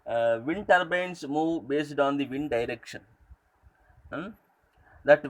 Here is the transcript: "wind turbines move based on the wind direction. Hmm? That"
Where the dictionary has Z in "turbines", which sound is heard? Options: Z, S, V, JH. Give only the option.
S